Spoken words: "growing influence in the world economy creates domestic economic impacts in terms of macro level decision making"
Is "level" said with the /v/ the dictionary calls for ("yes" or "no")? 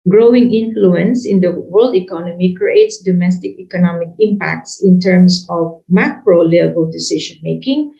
no